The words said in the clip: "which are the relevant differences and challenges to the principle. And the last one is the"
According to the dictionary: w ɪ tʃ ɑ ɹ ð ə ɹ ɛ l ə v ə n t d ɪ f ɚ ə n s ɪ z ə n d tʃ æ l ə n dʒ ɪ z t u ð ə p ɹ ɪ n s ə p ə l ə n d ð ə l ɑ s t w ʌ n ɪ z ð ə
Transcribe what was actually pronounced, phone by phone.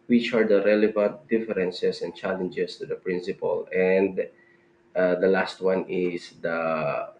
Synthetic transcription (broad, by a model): w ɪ tʃ ɑ ɹ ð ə ɹ ɛ l ə v ə n t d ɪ f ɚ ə n s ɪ s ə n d tʃ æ l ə n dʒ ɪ s t u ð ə p ɹ ɪ n s ə p ə l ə n d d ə l ɑ s t w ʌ n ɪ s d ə